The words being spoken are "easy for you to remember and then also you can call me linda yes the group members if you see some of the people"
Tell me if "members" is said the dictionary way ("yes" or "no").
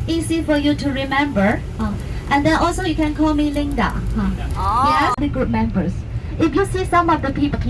no